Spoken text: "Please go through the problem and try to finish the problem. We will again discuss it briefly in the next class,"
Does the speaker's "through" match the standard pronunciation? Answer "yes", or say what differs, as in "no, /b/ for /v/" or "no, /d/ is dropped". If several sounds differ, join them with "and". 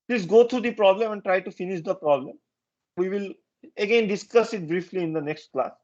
no, /t/ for /θ/